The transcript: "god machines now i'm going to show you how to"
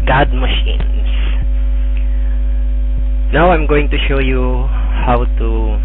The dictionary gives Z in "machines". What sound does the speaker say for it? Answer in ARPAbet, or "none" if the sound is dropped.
S